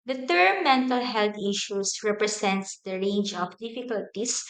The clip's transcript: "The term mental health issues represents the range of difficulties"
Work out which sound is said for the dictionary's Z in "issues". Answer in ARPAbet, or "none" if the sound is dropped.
S